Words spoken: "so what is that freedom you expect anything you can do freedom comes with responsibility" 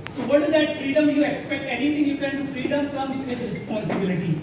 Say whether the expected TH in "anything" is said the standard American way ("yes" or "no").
no